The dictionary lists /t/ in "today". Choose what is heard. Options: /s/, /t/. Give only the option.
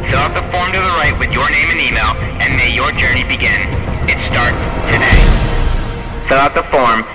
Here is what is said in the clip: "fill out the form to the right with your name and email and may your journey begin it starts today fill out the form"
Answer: /t/